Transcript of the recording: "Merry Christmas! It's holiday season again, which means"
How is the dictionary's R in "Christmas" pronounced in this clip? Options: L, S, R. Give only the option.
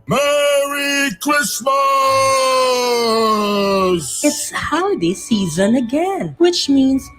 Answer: L